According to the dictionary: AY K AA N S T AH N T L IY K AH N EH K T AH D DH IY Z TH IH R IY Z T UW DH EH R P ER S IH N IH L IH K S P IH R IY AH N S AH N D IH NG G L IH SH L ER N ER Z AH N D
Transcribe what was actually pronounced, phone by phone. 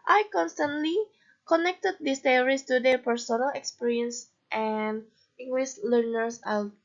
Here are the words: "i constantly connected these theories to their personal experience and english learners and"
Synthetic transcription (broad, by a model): AY K AA N S T AH N T L IY K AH N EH K T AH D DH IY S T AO R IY S T UW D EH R P ER S IH N IH L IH K S P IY R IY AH N S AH N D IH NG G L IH S L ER N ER S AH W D